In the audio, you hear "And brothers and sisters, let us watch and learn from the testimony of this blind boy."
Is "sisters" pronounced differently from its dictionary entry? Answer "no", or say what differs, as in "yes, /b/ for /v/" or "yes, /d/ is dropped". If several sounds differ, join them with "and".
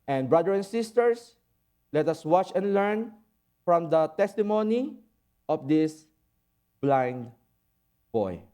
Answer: yes, /s/ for /z/